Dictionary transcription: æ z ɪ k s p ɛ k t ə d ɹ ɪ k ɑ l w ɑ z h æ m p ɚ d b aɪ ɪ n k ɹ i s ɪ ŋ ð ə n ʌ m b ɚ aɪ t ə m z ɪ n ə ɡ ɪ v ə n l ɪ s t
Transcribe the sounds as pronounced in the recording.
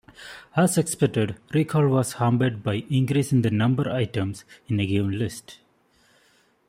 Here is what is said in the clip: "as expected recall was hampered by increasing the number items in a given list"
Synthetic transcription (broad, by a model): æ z ɪ k s p ɛ k t ə d ɹ ɪ k ɑ l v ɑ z h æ m b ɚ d b aɪ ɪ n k ɹ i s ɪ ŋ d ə n ʌ m b ɚ aɪ t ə m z ɪ n ə ɡ ɪ v ə n l ɪ s t